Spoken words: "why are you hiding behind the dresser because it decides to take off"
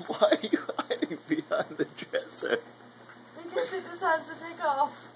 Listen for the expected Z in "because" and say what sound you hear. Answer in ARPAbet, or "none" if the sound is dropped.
none